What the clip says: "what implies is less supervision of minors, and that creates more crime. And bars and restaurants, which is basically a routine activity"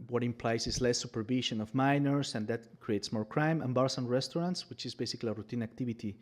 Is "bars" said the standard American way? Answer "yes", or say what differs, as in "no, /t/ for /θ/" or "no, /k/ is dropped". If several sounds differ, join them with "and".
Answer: no, /s/ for /z/